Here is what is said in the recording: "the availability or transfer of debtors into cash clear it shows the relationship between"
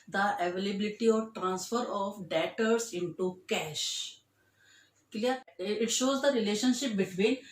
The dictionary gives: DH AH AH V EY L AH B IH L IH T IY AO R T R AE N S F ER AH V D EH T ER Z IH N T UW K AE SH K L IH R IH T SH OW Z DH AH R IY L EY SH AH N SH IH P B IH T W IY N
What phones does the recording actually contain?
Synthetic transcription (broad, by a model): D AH AH V EY L AH B IH L IH T IY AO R T R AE N S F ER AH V D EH T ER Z IH N T UW K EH SH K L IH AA IH T SH OW Z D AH R IY L EY SH AH N SH IH P B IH T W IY N